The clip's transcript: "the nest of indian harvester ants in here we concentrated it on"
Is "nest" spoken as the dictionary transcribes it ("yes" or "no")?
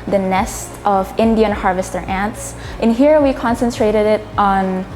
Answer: yes